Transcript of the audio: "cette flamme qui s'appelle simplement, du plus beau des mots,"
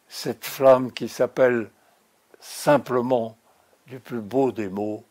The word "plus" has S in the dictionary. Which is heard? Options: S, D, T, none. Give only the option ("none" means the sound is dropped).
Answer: none